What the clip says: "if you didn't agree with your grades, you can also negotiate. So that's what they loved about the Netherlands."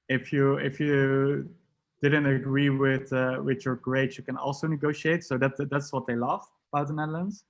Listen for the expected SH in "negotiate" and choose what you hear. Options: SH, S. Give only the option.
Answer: SH